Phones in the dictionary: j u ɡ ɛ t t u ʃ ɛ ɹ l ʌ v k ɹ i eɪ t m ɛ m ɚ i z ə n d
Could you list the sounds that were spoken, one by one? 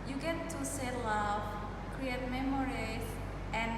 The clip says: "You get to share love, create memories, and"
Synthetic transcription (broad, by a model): j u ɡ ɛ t t u s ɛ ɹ l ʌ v k ɹ i eɪ t m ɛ m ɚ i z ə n